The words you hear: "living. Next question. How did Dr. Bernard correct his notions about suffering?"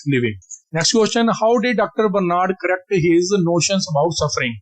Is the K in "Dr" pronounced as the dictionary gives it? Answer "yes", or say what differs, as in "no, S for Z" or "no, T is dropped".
yes